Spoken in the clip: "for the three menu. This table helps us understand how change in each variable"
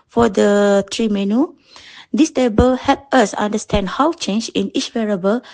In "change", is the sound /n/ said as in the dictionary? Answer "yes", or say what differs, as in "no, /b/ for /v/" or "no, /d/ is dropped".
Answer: yes